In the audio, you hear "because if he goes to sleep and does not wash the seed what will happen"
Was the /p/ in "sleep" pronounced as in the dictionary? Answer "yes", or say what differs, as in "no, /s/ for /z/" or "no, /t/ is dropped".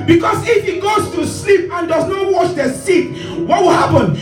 yes